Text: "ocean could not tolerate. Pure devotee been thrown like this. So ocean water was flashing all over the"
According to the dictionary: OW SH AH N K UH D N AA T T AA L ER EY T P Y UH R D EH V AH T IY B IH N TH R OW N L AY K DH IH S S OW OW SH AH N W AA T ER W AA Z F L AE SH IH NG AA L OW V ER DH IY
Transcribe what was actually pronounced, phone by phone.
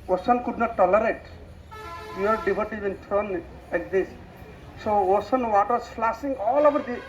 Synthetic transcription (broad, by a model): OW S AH N K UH D N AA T T AA L ER EY T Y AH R D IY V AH T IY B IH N T R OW N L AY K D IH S S OW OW S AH N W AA T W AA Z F L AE S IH NG AA L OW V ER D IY